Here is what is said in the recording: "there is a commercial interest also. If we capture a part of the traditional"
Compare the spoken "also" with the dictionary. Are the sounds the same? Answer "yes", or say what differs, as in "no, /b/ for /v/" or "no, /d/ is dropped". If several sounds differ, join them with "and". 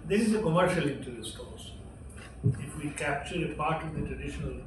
no, /l/ is dropped